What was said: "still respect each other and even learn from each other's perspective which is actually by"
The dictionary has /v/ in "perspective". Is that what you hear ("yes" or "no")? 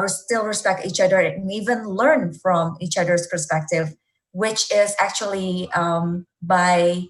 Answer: yes